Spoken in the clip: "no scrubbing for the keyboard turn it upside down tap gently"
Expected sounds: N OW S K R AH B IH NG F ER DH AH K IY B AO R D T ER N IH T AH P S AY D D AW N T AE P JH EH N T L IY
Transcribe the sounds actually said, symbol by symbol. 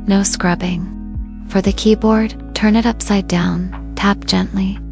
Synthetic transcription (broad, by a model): N OW S K R AH B IH NG F ER DH AH K IY B AO R D T ER N IH T AH P S AY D D AW N T AE P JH EH N T L IY